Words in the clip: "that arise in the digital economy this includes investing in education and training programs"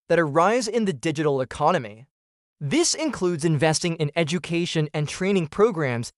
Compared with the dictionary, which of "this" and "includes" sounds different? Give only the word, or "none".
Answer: none